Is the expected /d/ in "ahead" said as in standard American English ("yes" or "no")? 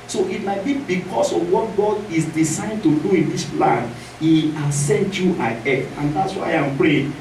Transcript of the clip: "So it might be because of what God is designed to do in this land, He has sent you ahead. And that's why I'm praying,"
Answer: no